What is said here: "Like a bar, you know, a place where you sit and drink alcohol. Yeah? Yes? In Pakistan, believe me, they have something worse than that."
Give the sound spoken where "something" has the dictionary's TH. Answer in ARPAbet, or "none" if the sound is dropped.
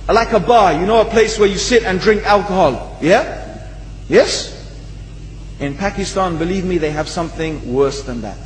TH